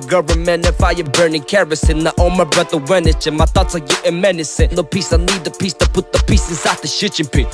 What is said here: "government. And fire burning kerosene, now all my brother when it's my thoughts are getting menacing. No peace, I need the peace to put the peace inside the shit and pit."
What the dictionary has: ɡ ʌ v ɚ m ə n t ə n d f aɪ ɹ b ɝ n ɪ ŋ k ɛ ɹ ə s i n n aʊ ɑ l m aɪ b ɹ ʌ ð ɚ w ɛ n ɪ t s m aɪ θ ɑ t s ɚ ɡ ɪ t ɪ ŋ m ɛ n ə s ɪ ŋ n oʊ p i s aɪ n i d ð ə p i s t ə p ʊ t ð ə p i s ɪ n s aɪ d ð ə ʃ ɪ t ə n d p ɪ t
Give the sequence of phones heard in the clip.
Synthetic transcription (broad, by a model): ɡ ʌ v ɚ m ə n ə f aɪ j b ɝ n ɪ ŋ k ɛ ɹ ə s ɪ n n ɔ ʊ m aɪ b ɹ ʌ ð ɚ w ɛ n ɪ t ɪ m aɪ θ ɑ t ɚ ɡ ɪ t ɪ m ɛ n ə s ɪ n oʊ p i s aɪ n i d ð ə p i s t ə p ʊ t ð ə p i s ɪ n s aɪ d ð ə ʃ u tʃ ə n p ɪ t